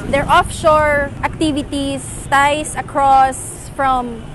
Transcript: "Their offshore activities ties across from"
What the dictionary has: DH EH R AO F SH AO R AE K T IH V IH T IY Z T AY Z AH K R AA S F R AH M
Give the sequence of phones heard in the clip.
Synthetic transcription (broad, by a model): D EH R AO F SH AO R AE K T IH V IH T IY S T AY S AH K R AA S F R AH M